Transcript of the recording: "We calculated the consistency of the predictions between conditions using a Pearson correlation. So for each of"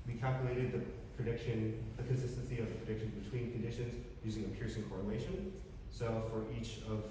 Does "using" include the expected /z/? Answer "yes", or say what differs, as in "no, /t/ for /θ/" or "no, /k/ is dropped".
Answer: yes